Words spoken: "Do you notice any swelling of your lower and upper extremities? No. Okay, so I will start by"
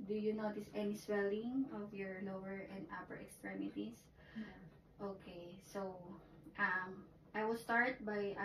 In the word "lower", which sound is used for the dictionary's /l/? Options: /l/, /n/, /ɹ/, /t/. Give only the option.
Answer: /n/